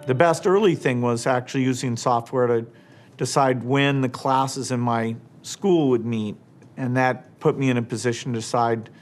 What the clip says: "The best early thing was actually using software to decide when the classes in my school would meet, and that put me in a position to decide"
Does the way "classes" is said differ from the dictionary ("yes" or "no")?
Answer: no